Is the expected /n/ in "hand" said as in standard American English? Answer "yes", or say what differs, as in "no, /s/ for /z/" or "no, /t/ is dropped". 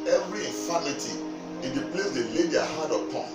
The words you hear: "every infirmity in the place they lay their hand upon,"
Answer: no, /n/ is dropped